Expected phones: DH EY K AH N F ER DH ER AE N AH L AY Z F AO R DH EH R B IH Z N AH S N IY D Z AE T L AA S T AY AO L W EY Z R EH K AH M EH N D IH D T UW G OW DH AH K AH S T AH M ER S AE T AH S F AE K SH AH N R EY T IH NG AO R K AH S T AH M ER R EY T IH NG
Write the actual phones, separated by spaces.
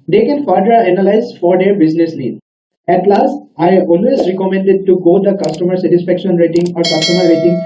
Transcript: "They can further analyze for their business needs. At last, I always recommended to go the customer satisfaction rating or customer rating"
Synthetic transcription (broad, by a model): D EY K AH N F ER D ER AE N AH L AY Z F AO R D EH R B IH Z N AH S L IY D AE T L AA S T AY AO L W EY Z R EH K AH M EH N D IH D T UW G OW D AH K AH S T AH M ER S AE T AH S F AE K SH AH N R EY T IH NG AO R K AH S T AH M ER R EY T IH NG